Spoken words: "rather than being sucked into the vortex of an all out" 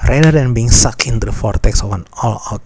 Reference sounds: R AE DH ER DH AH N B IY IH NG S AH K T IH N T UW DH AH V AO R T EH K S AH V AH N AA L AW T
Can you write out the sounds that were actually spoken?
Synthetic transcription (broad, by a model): R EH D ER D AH N B IY IH NG S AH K IH N T UW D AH F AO R T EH K S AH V AH N AA L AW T